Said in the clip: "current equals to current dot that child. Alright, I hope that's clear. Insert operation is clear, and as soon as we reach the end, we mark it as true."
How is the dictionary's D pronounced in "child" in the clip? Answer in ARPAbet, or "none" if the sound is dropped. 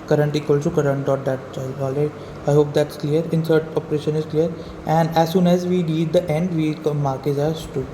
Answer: none